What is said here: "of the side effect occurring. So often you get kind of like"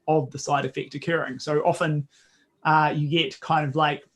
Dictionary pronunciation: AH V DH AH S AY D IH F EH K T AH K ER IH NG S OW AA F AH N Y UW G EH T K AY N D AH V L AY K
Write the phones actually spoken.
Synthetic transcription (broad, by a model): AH V DH AH S AY D IH F EH K T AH K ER IH NG S OW AA F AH N Y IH G EH T K AY N D AH V L AY K